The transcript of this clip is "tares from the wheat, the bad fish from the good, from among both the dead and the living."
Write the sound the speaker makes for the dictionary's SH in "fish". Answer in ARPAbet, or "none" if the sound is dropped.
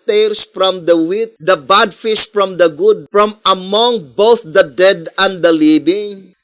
S